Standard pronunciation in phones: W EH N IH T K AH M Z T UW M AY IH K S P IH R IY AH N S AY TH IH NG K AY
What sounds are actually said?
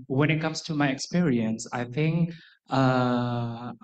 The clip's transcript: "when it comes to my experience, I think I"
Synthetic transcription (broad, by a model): W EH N IH T K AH M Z T UW M AY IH K S P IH R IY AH N S AY TH IH NG K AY